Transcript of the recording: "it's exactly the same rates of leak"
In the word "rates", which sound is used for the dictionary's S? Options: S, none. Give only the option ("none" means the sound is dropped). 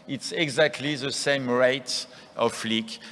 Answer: none